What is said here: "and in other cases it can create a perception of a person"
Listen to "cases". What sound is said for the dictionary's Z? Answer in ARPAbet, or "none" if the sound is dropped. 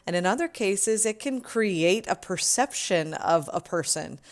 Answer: Z